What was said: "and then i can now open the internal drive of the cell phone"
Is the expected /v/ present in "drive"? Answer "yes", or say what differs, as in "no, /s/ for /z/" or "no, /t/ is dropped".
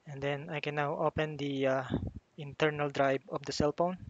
no, /b/ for /v/